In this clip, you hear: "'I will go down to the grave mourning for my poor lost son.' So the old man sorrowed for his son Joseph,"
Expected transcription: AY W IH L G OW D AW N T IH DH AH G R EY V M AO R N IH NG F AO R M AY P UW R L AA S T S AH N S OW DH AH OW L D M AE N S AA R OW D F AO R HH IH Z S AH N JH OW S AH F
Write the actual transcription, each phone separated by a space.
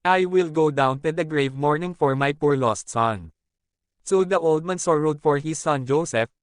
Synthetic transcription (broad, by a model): AY W IH L G OW D AW N T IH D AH G R EY V M AO R N IH NG F AO R M AY P UW R L AA S T S AH N S OW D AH OW L D M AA N S AA R OW D F AO R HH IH S AH N JH OW S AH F